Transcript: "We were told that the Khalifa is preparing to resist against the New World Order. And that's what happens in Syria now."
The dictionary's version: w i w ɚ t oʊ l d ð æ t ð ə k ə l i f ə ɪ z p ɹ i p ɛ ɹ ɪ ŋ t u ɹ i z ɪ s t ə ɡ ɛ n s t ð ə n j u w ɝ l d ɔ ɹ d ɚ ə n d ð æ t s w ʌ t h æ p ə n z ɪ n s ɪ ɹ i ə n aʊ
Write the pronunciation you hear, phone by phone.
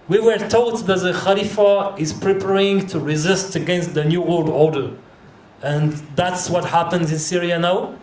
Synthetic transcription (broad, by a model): w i w ɚ t oʊ l d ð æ t ð ə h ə l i f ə ɪ z p ɹ i p ɛ ɹ ɪ ŋ t u ɹ i z ɪ s t ə ɡ ɛ n s t ð ə n j u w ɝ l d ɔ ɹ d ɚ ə n ð æ t s w ʌ t h æ p ə n z ɪ n s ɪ ɹ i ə n aʊ